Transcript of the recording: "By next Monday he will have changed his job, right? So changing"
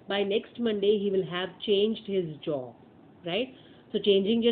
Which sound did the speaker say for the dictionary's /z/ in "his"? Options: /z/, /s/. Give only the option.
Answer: /z/